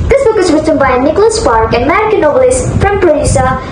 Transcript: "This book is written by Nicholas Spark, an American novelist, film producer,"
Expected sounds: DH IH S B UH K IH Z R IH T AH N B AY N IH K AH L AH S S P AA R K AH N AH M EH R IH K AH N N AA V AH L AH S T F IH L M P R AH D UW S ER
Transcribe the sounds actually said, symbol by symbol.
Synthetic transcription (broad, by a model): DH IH S B UH K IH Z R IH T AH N B AY N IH K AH L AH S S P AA R K AH N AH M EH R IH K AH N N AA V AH L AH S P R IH M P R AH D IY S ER